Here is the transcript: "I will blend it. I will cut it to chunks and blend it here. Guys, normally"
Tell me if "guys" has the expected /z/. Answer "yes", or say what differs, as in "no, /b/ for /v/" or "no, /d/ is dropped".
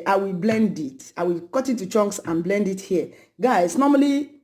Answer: no, /s/ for /z/